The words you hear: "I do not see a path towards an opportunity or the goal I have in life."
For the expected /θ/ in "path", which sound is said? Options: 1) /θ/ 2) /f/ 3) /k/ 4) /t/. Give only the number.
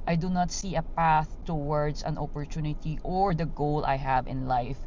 1